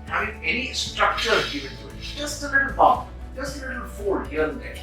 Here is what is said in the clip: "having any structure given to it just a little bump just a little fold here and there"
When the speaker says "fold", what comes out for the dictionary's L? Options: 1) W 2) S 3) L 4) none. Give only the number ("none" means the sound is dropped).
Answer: 4